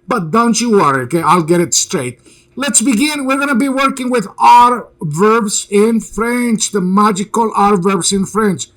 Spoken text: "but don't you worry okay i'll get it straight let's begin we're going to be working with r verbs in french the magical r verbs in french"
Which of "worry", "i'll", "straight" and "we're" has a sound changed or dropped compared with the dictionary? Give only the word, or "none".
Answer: none